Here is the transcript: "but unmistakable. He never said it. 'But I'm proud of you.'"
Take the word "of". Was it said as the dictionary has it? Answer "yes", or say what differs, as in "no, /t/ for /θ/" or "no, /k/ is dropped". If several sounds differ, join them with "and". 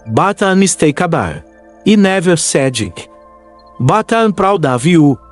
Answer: yes